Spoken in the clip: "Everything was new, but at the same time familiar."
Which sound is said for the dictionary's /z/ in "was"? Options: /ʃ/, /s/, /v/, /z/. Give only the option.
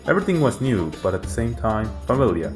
/z/